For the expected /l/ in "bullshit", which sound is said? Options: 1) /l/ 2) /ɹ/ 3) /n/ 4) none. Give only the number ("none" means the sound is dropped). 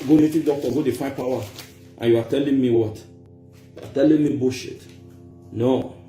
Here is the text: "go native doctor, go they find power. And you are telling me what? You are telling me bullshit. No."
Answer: 4